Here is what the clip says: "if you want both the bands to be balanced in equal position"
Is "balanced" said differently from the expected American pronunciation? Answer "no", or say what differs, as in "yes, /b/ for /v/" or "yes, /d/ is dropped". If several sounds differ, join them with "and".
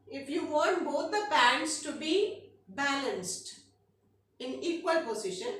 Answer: no